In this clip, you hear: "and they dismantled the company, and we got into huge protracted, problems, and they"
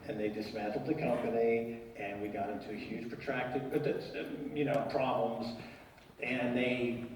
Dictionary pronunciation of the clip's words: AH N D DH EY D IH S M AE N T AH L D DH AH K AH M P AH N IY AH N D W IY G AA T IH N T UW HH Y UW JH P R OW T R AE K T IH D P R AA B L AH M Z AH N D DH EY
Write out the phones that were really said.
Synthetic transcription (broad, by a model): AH N DH EY D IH S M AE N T L D DH AH K AH M P AH N IY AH N W IY G AA T IH N T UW HH Y UW JH P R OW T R AE K T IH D P R AA B L AH M Z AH N DH EY